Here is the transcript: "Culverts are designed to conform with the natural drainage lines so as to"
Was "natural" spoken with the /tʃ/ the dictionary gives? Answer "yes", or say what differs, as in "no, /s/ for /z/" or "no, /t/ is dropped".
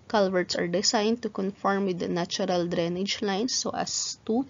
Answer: no, /tʃ/ is dropped